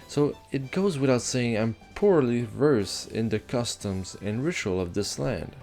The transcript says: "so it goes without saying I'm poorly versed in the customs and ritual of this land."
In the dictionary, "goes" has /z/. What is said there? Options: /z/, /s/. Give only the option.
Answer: /z/